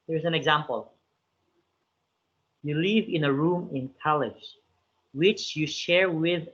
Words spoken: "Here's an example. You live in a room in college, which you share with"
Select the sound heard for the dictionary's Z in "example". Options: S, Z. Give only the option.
Z